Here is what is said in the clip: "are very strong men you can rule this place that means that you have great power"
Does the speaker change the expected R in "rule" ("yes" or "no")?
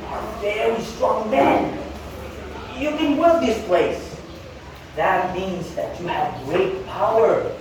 yes